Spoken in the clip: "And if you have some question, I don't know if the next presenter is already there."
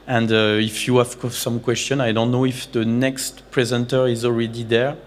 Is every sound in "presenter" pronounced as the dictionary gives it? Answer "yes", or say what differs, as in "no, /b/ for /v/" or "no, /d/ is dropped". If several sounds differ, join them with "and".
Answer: yes